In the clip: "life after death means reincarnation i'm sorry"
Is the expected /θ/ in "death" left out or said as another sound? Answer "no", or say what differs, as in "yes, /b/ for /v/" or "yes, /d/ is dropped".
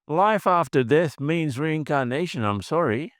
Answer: yes, /s/ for /θ/